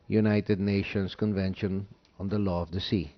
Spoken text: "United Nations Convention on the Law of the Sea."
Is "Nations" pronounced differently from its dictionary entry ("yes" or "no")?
yes